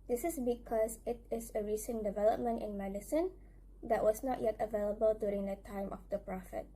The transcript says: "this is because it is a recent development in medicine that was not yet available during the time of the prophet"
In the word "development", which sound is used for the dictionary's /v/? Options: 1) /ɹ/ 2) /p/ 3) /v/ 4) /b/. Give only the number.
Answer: 3